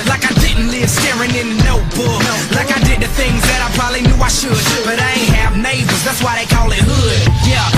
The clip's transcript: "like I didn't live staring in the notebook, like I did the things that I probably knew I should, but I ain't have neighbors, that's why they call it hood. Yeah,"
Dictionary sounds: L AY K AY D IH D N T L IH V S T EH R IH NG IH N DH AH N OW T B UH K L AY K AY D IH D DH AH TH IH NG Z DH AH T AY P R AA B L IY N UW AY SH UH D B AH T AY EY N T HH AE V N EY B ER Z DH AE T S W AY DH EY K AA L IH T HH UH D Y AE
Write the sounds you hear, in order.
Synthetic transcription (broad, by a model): L AY K AY D IH D N T L IH V S T EH R IH NG IH N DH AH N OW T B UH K L AY K AY D IH D DH AH TH IH NG Z DH AH T AY P R AA B L IY N UW AY SH UH D B AH T AY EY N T HH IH V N EY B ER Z DH AE T S W AY DH EY K AA L IH T HH UH D Y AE